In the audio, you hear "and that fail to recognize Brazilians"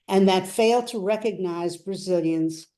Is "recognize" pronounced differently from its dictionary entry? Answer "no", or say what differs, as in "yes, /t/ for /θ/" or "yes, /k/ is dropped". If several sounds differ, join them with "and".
no